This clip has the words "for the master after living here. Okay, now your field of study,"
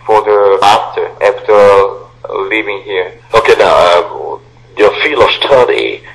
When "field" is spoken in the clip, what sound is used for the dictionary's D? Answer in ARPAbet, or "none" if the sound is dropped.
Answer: none